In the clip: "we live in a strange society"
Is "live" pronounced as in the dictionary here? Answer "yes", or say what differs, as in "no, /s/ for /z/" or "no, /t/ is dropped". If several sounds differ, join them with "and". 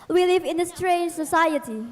yes